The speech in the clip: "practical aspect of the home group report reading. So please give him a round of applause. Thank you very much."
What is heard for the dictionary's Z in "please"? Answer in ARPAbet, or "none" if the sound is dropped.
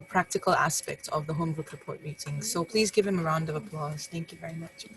Z